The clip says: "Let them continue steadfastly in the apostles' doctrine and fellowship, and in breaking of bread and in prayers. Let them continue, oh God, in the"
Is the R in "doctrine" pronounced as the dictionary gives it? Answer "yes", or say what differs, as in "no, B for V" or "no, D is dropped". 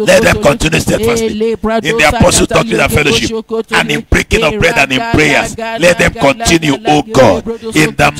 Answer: no, R is dropped